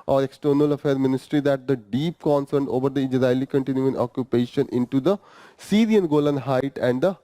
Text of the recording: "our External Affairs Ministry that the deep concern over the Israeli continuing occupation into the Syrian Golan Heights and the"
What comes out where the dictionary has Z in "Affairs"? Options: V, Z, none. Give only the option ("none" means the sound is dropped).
none